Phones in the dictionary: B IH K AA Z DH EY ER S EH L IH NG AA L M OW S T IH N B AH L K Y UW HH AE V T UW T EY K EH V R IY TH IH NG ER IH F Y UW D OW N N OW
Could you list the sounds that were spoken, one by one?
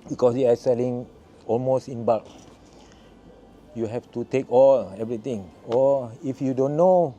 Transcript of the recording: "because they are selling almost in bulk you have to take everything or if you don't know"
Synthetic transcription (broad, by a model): B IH K AA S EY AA S EH L IH NG AA L M OW S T IH N B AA K Y UW HH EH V T UW T EY K EH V R IY T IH NG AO IH F Y UW D OW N N OW